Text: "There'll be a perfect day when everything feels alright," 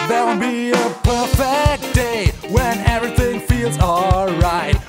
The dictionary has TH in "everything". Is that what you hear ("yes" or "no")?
yes